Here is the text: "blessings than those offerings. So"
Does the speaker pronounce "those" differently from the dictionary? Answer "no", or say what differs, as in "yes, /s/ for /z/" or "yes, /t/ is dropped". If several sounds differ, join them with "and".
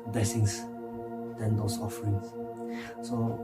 yes, /s/ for /z/